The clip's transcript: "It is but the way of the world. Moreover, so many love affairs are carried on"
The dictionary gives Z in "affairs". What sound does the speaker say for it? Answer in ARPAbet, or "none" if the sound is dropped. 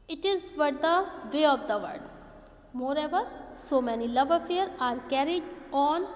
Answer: none